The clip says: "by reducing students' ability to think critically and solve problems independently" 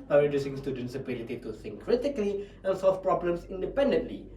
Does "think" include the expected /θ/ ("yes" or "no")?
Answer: no